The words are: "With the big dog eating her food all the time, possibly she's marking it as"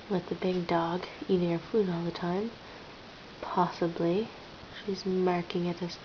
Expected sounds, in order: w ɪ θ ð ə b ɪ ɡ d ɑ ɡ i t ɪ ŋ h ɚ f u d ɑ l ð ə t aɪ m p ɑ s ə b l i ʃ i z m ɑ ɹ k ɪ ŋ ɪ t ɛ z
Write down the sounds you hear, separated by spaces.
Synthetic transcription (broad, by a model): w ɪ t ð ə b ɪ ɡ d ɑ ɡ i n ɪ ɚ f u d ɑ l ð ə t aɪ m p ɑ s ə b l i ʃ i z m ɑ ɹ k ɪ ŋ ɪ t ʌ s